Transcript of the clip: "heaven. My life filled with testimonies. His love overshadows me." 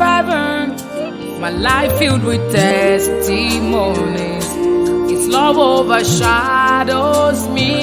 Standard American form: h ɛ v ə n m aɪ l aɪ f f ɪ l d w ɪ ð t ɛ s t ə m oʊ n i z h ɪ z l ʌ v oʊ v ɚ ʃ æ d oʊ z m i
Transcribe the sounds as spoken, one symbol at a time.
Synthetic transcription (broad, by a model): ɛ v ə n m aɪ l aɪ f f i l d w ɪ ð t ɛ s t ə m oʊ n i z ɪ s l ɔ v oʊ v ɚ ʃ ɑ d oʊ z m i